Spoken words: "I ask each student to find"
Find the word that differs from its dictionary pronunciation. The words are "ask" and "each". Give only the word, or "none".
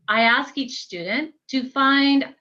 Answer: none